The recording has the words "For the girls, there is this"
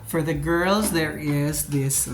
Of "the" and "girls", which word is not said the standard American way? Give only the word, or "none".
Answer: none